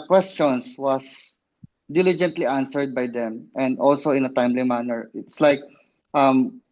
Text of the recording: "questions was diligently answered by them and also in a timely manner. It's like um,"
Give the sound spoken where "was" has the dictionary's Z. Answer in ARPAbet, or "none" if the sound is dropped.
S